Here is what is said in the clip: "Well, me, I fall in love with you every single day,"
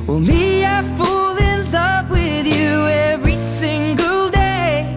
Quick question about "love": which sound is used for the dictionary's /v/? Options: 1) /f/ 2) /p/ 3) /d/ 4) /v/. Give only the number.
2